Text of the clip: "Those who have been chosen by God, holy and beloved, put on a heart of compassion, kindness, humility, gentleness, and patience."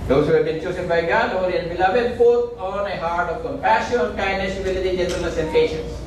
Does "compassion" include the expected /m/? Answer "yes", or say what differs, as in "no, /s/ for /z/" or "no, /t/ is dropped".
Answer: no, /m/ is dropped